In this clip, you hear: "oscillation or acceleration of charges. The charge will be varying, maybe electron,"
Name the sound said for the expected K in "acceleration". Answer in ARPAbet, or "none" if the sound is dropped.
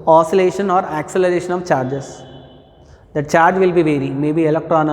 K